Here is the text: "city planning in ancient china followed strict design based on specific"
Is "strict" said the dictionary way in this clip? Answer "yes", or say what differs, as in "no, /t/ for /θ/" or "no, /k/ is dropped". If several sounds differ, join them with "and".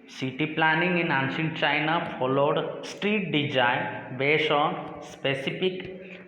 no, /k/ is dropped